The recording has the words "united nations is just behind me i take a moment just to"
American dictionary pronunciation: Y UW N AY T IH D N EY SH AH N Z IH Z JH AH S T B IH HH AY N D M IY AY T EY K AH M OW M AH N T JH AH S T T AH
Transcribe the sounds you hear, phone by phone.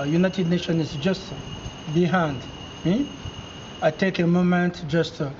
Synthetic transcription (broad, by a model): Y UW N AY T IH D N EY SH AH N IH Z JH AH S T B IH HH AY N D M IY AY T EY K AH M OW M AH N T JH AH S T T